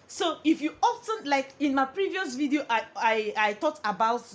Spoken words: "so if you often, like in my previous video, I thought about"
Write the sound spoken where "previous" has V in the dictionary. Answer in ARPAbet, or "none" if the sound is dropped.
V